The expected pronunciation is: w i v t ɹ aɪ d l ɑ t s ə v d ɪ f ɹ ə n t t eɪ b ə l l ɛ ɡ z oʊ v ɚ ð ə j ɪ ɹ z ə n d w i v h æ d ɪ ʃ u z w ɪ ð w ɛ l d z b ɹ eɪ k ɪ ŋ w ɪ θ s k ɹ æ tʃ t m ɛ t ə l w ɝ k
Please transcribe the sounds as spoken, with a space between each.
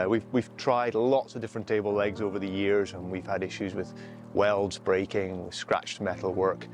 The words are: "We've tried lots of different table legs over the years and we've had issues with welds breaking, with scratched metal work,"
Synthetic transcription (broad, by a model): w i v t ɹ aɪ d l ɑ t s ə v d ɪ f ɹ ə n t t eɪ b l l ɛ ɡ z oʊ v ɚ ð ə j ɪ ɹ z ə n w i v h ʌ d ɪ ʃ u z w ɪ ð w ɛ l d z b ɹ eɪ k ɪ ŋ w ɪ s k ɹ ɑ tʃ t m ɛ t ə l w ɝ k